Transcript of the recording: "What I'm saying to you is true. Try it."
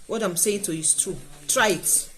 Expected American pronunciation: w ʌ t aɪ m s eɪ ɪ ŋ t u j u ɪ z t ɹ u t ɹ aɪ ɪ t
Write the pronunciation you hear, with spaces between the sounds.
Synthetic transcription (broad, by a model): w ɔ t aɪ m s eɪ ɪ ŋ t u j u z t u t ɹ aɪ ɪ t